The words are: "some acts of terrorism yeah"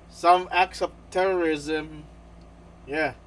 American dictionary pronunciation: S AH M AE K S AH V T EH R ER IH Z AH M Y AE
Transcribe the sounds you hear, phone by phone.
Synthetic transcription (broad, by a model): S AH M AE K S AH V T EH R ER IH Z AH M Y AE